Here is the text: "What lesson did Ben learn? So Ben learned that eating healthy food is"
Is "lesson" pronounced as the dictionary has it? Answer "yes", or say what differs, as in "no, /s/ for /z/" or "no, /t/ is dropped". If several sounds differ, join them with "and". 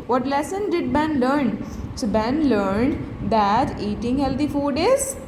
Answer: yes